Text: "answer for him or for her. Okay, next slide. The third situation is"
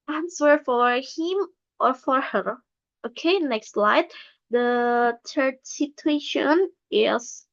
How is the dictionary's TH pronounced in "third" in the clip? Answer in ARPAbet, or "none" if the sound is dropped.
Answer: T